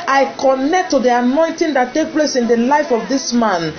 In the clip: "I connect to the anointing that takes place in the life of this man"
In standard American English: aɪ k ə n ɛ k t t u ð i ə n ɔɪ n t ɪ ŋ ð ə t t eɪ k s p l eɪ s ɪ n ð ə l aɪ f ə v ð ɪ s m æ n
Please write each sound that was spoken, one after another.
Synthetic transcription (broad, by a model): aɪ k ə n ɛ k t t u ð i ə n ɔɪ n t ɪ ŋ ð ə t t eɪ k p l eɪ s ɪ n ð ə l aɪ f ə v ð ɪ s m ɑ n